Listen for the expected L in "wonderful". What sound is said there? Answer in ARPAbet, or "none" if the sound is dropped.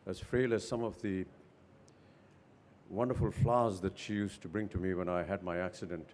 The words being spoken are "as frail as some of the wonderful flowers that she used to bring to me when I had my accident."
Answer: L